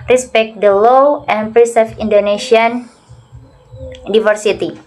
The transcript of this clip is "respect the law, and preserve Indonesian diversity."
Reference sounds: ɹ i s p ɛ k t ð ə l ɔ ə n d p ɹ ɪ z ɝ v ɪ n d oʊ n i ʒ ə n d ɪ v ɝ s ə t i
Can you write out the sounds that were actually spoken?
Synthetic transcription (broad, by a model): ɹ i s p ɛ k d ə l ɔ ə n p ɹ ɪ s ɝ f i n d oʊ n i s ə n d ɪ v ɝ s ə t i